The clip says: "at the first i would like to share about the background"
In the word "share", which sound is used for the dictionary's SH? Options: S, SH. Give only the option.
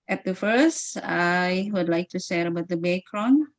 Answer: S